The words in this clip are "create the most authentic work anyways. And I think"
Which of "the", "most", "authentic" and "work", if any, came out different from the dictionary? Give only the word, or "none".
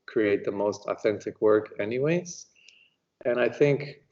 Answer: none